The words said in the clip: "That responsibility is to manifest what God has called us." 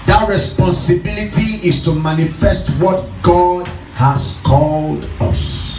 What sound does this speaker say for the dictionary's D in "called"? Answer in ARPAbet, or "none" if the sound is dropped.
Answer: D